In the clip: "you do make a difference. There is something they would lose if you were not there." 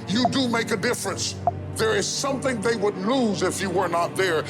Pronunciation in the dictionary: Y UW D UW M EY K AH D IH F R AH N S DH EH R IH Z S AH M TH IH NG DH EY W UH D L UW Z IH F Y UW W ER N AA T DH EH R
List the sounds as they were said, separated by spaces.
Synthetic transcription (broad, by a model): Y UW D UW M EY K AH D IH F R AH N S DH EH R IH Z S AH M TH IH NG DH EY W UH D L UW Z IH F Y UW W ER N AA T DH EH R